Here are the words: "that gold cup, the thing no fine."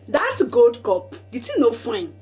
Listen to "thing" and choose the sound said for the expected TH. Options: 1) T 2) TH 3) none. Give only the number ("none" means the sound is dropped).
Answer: 1